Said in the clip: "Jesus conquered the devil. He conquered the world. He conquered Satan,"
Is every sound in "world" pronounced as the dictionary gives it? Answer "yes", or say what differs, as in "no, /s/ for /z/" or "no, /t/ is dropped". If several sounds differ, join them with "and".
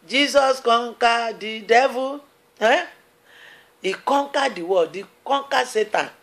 no, /l/ is dropped